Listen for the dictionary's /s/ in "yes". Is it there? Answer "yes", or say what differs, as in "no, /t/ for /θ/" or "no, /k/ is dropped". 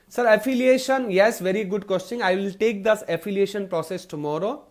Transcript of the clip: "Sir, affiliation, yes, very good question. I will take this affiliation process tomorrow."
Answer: yes